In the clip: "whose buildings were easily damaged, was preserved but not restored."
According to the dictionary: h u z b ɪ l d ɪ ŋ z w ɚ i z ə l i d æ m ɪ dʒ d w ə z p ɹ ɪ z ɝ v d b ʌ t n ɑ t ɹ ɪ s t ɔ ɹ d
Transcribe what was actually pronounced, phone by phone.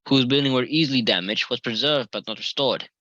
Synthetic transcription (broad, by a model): h u z b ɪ l d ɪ ŋ w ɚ i z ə l i d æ m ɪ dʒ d w ə z p ɹ ɪ z ɝ v d b ʌ t n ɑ t ɹ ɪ s t ɔ ɹ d